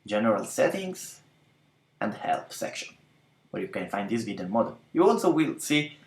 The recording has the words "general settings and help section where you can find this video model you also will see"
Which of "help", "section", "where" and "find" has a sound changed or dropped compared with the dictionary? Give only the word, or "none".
none